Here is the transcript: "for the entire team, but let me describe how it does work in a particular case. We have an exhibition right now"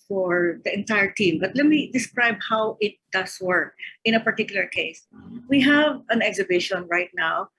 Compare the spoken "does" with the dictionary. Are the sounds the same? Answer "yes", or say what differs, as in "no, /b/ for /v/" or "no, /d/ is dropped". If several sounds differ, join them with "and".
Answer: no, /s/ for /z/